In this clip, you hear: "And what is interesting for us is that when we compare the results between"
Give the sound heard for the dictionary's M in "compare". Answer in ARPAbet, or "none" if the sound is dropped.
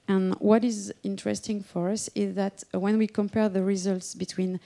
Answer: M